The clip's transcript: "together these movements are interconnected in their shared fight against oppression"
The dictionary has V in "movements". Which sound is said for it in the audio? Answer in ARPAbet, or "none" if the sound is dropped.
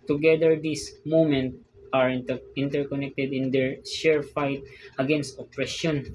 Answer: none